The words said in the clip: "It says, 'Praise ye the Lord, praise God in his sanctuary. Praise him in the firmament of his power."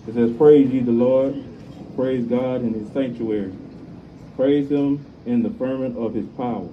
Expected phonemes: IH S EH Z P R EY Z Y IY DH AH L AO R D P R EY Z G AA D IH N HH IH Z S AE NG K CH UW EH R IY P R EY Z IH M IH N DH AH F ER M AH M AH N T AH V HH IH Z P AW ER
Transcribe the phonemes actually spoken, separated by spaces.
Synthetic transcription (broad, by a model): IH S EH Z P R EY Z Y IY DH AH L AO R D P R EY Z G AA D IH N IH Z S AE NG K CH UW EH R IY P R EY Z IH M IH N DH AH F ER M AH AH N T AH V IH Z P AW ER